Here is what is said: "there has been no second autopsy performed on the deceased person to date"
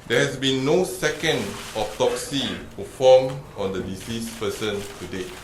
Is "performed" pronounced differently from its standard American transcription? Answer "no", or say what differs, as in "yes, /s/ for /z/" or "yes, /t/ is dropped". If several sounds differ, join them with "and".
yes, /d/ is dropped